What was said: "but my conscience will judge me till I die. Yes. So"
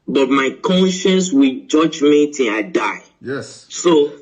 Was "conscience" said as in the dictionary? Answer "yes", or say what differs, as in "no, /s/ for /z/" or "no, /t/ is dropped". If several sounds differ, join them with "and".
yes